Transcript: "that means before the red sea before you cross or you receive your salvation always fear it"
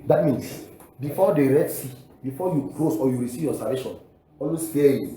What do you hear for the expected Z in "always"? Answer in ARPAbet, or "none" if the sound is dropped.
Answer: S